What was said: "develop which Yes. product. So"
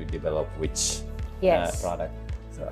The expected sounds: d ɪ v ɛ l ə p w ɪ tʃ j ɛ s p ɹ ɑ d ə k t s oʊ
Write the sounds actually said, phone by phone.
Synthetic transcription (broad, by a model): d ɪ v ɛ l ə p w ɪ tʃ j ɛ p ɹ ɑ d ə k t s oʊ